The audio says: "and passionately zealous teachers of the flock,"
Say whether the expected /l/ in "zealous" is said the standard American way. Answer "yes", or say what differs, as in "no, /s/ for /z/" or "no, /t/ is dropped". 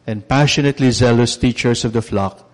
yes